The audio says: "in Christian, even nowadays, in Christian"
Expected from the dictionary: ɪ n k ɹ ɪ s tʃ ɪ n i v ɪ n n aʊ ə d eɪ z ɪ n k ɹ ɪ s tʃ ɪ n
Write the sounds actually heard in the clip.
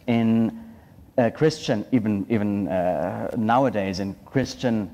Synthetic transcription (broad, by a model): ɪ n k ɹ ɪ s tʃ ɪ n i v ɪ n n aʊ ə d eɪ z ɪ n k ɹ ɪ s tʃ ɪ n